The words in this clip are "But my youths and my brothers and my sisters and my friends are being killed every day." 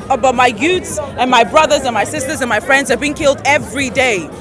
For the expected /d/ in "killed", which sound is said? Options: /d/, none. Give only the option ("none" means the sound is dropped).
/d/